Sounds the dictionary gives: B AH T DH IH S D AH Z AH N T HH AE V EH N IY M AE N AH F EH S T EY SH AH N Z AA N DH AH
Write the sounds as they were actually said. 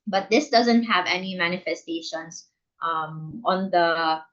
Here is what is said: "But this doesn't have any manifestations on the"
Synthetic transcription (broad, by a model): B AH T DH IH S D AH Z AH N T HH AE V EH N IY M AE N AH F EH S T EY SH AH N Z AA N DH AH